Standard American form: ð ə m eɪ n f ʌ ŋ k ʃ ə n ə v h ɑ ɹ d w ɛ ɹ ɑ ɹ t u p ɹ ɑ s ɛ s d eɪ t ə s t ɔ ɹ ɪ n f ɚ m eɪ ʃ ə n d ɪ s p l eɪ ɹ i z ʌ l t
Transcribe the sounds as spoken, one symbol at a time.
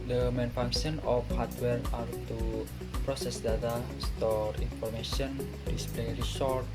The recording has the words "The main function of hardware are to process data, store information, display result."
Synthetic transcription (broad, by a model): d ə m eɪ n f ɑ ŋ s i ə n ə f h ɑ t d w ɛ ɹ ɑ ɹ t u p ɹ ɑ s ɛ s d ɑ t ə s t ɔ ɹ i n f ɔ m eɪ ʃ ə n d ɪ s p l eɪ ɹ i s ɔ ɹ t